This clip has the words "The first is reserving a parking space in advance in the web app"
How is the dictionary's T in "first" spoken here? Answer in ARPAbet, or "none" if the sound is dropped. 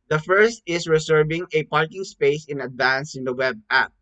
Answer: T